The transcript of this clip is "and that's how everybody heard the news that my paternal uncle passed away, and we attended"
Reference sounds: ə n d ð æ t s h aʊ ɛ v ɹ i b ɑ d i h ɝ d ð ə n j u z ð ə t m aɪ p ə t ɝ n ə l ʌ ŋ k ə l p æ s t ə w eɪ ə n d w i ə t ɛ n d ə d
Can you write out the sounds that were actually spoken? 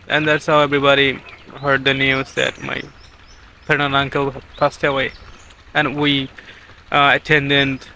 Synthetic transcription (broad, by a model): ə n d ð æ t s h aʊ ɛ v ɹ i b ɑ d i h ɝ d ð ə n j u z ð ə t m aɪ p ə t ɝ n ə n ʌ ŋ k ə l p æ s t ə w eɪ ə n w i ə t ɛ n d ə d